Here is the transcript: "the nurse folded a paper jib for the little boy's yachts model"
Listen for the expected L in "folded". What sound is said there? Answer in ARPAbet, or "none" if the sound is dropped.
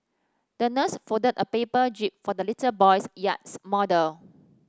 none